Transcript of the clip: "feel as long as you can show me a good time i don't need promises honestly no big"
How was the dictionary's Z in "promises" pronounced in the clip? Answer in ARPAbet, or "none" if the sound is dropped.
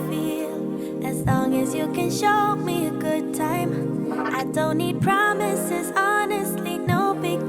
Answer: Z